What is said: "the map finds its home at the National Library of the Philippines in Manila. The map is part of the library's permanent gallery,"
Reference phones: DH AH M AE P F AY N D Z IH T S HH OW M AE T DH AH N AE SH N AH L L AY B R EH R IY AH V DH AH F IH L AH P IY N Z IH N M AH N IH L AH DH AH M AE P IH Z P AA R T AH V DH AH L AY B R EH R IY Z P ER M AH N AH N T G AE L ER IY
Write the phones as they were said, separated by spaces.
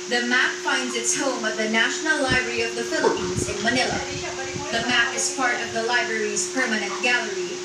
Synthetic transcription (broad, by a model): DH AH M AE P F AY N D Z IH T S HH OW M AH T DH AH N AE SH N L L AY B R EH R IY AH V DH AH F IH L AH P IY N Z IH N M AH N IH L AH DH AH M AE P IH Z P AA R T AH V DH AH L AY B R EH R IY Z P ER M AH N AH N T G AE L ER IY